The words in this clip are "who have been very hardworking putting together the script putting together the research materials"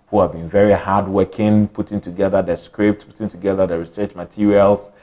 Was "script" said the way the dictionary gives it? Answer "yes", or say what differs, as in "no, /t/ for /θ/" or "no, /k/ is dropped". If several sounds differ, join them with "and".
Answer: yes